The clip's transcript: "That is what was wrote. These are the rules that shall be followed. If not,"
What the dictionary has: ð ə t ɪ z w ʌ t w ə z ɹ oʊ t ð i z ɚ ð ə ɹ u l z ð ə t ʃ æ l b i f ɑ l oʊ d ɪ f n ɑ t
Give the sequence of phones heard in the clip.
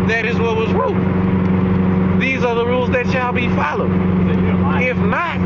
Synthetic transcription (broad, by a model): ð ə t ɪ z w ʌ t w ə z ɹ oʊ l ð i z ɚ ð ə ɹ u l z ð ə t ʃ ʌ l b i f ɑ l oʊ d ɪ f n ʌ t